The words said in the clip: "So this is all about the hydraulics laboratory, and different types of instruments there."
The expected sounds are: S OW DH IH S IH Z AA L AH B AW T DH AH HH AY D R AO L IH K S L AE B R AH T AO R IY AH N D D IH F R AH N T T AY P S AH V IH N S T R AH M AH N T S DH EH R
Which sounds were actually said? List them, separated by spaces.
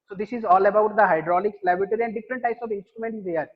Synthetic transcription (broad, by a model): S OW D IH S IH Z AA L AH B AW T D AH HH AY D R AO L IH K S L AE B R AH T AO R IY AH N D D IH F R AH N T T AY P S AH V IH N S T R AH M AH N T S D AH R